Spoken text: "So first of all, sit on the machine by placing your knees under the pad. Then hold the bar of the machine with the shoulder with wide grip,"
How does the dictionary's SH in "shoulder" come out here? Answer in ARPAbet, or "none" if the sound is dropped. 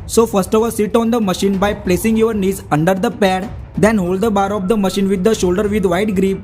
SH